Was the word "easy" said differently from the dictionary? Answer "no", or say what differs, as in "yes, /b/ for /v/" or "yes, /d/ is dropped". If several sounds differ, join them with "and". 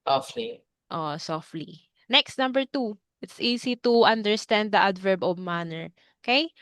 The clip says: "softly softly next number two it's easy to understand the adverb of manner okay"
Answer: yes, /s/ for /z/